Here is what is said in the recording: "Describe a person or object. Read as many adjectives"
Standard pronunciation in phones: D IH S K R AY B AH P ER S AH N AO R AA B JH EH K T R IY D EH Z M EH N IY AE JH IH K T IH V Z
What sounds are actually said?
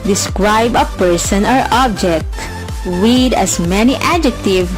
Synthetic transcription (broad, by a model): D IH S K R AY B AH P ER S AH N AO R AA B JH EH K T W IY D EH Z M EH N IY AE JH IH K T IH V